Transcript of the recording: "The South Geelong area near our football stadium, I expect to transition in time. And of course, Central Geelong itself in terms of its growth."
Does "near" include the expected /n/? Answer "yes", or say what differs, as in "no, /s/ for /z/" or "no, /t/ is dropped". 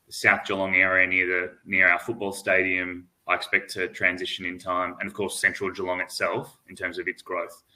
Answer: yes